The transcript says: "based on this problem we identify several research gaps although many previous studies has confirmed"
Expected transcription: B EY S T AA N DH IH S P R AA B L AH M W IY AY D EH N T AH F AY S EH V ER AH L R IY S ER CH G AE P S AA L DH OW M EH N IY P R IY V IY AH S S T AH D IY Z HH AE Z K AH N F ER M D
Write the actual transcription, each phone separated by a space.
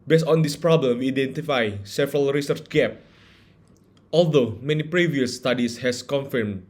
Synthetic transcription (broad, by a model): B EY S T AA N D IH S P R AA B L AH M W IY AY D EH N T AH F AY S EH V ER AH L R IY S ER CH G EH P AA L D OW M EH N IY P R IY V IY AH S S T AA D IY S HH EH S K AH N F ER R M